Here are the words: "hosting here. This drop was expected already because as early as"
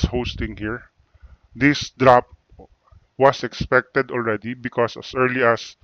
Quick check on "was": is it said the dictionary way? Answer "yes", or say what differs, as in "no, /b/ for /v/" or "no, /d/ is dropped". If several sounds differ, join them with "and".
no, /s/ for /z/